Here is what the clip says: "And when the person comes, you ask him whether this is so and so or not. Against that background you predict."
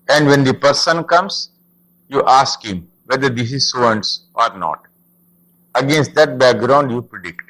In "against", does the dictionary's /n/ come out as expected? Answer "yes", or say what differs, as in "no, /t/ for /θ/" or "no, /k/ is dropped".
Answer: yes